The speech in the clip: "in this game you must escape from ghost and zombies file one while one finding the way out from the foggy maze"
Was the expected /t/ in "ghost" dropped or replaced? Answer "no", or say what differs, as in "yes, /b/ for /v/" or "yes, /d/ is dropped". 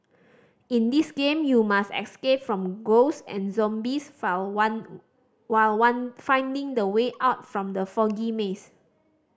yes, /t/ is dropped